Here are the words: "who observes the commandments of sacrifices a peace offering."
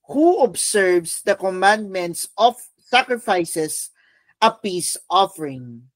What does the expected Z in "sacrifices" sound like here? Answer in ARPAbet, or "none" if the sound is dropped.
S